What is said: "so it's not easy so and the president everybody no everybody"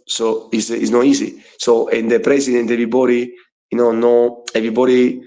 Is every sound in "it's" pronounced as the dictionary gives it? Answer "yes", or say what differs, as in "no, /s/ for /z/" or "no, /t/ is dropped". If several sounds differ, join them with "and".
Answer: no, /s/ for /t/